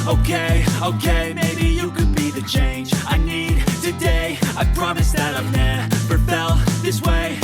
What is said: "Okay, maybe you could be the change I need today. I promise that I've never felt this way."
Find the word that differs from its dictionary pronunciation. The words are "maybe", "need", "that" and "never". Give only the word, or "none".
never